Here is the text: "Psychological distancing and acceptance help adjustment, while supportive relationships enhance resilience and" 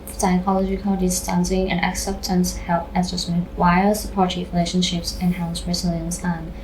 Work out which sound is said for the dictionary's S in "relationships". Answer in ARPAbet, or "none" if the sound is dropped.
S